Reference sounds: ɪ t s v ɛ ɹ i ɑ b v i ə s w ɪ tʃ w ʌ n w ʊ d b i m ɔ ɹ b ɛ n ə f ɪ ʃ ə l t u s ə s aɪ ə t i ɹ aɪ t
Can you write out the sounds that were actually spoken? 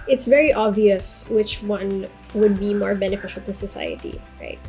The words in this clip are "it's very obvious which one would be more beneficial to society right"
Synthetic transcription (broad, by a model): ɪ t s v ɛ ɹ i ɑ b v i ə s w ɪ tʃ w ʌ n w ʊ d b i m ɔ ɹ b ɛ n ə f ɪ ʃ ə l t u s ə s aɪ ə t i ɹ aɪ t